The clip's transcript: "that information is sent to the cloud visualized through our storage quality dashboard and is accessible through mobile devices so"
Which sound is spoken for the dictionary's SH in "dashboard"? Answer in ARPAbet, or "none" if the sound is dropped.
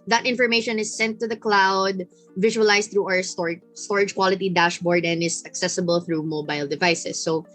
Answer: SH